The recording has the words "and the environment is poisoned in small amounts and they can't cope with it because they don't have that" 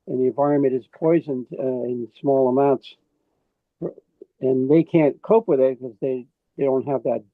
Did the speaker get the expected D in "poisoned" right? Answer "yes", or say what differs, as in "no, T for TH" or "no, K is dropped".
yes